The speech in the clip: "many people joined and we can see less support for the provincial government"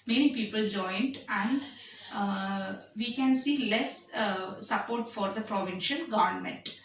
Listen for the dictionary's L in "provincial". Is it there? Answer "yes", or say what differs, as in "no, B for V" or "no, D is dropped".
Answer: no, N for L